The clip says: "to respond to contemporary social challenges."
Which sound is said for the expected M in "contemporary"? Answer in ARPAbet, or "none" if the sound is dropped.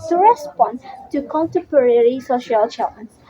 M